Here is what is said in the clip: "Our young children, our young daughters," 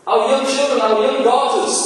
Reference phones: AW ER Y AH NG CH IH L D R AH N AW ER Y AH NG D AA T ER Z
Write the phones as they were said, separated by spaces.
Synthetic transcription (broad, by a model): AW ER Y AH NG CH IH L D R AH N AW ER Y AH NG D AA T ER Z